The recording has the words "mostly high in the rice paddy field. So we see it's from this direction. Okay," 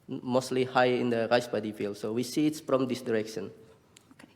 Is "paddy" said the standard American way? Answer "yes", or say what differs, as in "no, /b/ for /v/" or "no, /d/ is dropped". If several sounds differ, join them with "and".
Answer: no, /b/ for /p/